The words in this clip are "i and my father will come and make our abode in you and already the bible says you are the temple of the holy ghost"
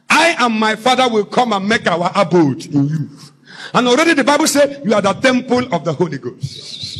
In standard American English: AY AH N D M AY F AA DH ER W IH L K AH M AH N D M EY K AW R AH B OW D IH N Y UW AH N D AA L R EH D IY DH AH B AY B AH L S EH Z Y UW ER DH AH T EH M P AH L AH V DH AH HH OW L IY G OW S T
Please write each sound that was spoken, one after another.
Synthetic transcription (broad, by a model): AY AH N M AY F AA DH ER W IH L K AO M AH N M EY K AW W AH B OW D IH N Y UW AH N AA L R EH D IY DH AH B AY B AH L S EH Y UW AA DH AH T EH M P AH L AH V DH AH HH OW L IY G OW S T